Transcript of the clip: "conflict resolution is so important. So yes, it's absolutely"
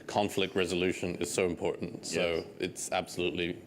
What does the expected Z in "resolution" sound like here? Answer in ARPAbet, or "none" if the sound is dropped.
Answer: Z